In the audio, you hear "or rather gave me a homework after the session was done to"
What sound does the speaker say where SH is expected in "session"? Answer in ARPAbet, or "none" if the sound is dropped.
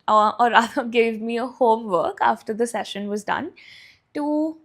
SH